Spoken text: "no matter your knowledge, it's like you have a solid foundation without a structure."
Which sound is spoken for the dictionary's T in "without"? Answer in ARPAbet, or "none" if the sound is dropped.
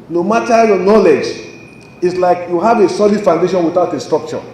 T